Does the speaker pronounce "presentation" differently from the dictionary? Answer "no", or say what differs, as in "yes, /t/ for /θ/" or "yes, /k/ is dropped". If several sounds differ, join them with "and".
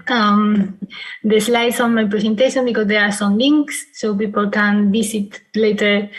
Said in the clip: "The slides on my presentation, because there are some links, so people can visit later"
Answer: yes, /s/ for /z/